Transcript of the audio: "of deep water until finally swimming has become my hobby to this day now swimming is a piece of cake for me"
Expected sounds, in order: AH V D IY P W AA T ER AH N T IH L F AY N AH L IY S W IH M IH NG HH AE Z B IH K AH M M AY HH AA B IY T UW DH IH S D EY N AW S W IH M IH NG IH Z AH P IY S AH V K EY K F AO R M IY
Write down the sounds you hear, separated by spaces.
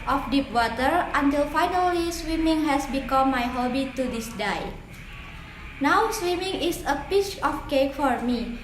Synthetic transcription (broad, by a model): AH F D IY P W AA T ER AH N T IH L F AY N AH L IY S W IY M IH NG HH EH S B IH K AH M M AY HH AA B IY T UW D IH S D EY N AW S W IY M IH NG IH S AH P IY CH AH F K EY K F AO R M IY